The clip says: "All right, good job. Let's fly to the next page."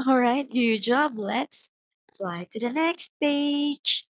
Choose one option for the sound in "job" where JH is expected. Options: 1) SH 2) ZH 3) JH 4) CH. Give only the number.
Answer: 3